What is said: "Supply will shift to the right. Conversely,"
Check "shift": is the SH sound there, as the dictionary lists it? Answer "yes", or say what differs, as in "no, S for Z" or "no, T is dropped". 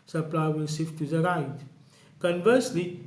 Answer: no, S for SH